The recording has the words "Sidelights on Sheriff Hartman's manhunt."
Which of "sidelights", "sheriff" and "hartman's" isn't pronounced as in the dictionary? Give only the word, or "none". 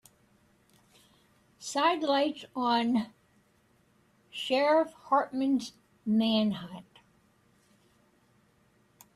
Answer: none